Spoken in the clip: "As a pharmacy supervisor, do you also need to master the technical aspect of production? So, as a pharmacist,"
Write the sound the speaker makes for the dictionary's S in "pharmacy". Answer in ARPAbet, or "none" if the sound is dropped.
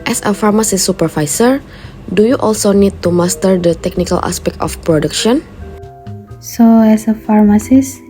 S